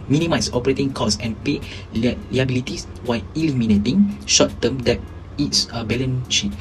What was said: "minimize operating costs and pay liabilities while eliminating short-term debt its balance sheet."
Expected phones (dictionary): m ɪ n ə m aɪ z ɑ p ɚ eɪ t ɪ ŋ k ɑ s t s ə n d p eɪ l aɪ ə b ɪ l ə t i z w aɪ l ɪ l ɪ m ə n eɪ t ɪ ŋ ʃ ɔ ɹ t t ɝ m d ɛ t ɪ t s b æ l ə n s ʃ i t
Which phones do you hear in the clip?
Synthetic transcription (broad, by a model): m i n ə m aɪ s ɑ p ɚ eɪ t ɪ ŋ k ɑ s s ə n p eɪ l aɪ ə b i l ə t i s w aɪ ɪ l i m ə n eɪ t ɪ ŋ ʃ ɔ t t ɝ m d ɛ t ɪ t s b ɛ l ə n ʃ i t